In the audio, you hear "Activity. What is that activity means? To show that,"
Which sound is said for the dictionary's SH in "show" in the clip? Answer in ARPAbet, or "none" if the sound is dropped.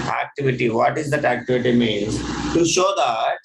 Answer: SH